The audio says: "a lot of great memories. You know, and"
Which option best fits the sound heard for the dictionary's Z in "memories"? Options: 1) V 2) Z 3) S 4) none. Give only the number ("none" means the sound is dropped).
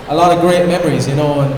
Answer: 2